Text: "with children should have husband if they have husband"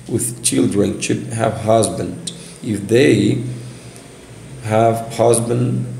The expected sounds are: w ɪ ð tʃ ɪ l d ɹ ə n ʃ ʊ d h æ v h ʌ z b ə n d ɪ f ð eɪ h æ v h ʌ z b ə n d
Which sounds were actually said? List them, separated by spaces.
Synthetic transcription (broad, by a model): w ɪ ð tʃ ɪ l d ɹ ə n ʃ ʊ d h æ v h ʌ z b ə n d ɪ f ð eɪ h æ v h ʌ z b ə n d